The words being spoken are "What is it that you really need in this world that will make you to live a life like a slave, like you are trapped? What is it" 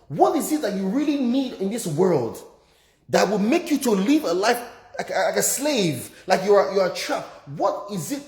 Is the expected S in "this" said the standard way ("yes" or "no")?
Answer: yes